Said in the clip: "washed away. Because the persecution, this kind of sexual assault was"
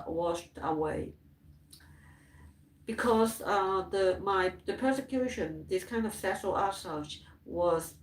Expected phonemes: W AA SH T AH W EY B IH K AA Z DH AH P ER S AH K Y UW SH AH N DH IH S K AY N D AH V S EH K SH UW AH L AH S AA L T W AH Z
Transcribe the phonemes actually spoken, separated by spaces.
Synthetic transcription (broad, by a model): W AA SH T AH W EY B IH K AA Z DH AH P ER S AH K Y UW SH AH N DH IH S K AY N D AH V S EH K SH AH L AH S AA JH W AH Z